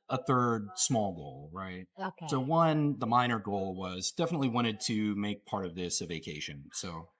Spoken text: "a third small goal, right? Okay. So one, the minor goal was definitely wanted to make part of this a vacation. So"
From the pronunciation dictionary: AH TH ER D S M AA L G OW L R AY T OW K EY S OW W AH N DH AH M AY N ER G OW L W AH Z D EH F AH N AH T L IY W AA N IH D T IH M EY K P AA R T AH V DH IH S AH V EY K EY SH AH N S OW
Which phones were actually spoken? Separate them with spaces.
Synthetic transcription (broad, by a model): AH TH ER D S M AA L G OW L R AY T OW K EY S OW W AH N DH AH M AY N ER G OW L W AH Z D EH F AH N AH T L IY W AA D IH D T IH M EY K P AA R T AH V DH IH S AH V EY K EY SH AH N S OW